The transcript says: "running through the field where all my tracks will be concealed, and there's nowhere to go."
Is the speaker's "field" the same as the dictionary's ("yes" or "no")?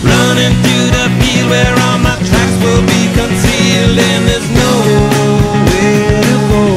no